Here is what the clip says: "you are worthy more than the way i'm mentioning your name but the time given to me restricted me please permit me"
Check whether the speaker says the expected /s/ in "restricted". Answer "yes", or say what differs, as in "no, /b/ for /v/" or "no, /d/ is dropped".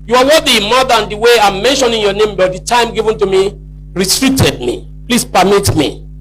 no, /s/ is dropped